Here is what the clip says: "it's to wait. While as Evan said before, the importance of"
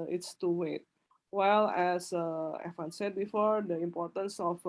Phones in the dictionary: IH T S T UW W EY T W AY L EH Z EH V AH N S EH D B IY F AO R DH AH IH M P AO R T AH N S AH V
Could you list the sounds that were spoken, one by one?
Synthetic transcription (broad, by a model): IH T S T UW W EY T W AY L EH S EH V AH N S EH D B IY F AO R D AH IH M P AO R T AH N S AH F